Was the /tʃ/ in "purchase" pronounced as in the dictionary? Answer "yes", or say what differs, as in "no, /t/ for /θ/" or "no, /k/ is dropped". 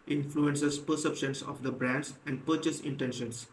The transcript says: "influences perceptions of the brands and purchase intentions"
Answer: yes